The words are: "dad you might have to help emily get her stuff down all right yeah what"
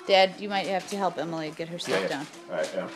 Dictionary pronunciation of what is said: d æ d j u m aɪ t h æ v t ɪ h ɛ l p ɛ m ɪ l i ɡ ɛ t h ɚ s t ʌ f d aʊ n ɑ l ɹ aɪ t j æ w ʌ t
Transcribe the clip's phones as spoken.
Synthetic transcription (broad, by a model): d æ d j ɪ m aɪ t h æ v t ɪ h ɛ l p ɛ m ɪ l i ɡ ɛ t h ɚ s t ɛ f d aʊ n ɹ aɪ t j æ